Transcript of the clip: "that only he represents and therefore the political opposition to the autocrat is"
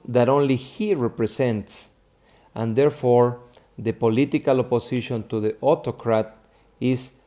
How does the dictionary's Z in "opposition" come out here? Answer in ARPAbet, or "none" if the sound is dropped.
S